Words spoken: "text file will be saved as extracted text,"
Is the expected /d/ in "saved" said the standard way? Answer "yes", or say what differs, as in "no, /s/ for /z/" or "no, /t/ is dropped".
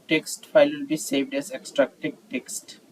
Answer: yes